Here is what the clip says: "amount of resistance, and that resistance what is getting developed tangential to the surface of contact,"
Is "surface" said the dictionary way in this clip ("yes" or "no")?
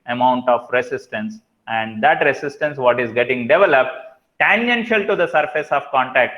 yes